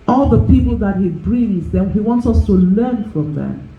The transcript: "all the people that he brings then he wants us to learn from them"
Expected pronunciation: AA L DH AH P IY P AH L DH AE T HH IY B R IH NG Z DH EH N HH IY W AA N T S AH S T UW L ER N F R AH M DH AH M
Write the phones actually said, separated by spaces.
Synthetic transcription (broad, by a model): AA L DH AH P IY P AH L DH AE T HH IY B R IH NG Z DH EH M HH IY W AA N T S AH S T UW L ER N F R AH M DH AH M